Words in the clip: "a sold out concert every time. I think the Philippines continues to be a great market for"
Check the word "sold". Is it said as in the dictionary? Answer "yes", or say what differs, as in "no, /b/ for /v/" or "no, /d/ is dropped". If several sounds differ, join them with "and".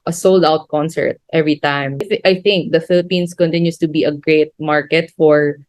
yes